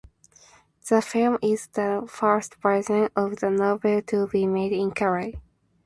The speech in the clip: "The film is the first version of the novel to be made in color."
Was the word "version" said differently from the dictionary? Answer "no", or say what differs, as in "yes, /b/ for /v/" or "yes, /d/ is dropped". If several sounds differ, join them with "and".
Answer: yes, /p/ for /v/ and /z/ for /ʒ/